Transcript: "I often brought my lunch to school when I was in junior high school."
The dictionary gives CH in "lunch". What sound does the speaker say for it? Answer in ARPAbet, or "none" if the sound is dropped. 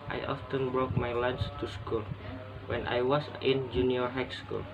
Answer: S